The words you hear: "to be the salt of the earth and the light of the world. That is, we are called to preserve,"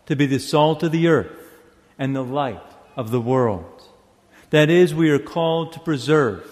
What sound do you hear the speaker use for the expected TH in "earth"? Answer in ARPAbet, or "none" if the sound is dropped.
TH